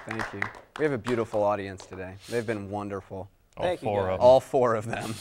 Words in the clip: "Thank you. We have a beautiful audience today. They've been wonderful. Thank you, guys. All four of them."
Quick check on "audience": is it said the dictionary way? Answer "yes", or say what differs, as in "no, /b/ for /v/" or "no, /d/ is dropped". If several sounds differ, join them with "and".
yes